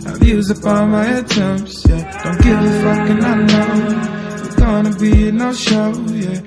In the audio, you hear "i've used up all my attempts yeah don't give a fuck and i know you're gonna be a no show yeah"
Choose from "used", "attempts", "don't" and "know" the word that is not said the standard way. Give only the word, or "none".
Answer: used